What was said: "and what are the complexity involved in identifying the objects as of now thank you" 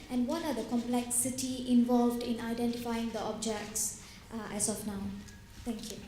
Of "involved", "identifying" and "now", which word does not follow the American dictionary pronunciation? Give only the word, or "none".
none